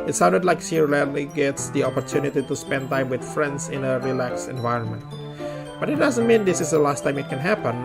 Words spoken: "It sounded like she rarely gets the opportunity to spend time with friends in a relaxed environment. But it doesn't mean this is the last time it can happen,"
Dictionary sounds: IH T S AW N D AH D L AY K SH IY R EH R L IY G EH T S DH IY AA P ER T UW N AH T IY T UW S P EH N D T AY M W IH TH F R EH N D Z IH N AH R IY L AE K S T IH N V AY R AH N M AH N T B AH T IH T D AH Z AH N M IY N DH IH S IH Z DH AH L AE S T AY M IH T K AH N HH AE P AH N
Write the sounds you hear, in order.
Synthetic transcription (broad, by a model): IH T S AW N D AH D L AY K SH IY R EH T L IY G EH T S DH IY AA P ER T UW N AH T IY T UW S P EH N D T AY M W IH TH F R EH N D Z IH N AH R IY L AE K S IH N V AY R AH N M AH N T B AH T IH T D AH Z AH N M IY N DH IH S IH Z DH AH L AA S T AY M IH T K AH N HH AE P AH N